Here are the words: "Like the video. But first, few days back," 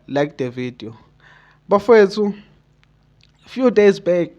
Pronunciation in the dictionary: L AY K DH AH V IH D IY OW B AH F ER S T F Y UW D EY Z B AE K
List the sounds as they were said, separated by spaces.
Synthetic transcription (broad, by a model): L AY K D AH V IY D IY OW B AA F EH T F Y UW D EY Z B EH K